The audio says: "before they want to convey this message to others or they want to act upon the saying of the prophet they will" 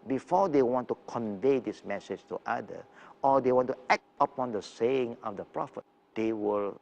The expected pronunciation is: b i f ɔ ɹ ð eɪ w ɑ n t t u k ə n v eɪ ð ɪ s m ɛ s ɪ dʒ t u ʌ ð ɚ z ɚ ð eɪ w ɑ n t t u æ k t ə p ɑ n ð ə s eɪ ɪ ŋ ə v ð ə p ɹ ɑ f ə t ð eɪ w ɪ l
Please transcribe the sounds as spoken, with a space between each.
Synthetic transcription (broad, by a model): b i f ɔ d eɪ w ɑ n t t u k ə n v eɪ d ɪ s m ɛ s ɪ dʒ t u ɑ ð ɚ ɔ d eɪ w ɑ n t t u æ k t ə p ɑ n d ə s eɪ ɪ ŋ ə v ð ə p ɹ ɑ f ə t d eɪ w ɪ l